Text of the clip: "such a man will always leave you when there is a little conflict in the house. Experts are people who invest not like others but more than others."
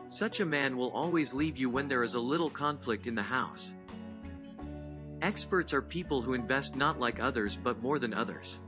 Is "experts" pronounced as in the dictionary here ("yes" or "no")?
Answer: yes